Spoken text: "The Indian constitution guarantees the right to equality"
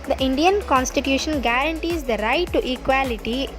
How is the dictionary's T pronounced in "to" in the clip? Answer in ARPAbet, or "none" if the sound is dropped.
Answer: T